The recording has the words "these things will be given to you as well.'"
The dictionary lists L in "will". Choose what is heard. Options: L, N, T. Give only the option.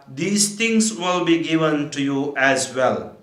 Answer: L